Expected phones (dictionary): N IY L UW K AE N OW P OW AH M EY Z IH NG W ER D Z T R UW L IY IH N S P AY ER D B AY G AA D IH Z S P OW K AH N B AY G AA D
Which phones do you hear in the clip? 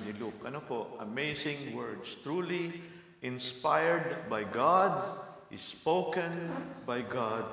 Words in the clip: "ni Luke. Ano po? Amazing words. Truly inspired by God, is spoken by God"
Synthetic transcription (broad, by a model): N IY L UW K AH N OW P OW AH M EY S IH NG W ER D S T R UW L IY IH N S P AY ER D B AY G AA D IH S P OW K AH N B AY G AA D